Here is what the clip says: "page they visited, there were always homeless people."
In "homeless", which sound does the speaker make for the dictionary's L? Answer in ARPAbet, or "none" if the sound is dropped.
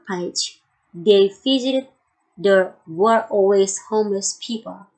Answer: L